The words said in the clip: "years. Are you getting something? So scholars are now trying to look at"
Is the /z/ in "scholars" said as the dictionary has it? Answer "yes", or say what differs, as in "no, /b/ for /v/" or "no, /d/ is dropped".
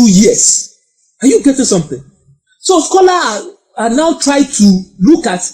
no, /z/ is dropped